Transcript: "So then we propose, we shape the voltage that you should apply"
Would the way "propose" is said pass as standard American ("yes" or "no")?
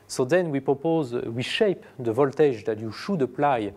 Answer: yes